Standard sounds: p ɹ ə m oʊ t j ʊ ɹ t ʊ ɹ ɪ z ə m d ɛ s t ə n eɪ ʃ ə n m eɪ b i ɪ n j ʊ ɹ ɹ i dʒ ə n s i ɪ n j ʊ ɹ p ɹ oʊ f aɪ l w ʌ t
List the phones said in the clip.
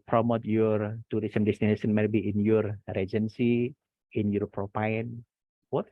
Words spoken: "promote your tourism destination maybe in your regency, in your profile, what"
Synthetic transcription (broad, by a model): p ɹ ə m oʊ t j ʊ ɹ t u ɹ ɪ s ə m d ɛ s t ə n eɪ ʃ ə n m eɪ b i ɪ n j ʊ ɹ ɹ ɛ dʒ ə n s i ɪ n j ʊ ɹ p ɹ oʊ p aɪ n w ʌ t